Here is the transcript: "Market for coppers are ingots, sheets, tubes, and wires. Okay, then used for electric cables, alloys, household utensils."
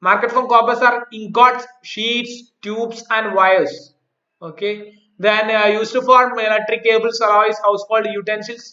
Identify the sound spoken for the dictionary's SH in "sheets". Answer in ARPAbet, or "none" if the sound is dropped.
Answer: SH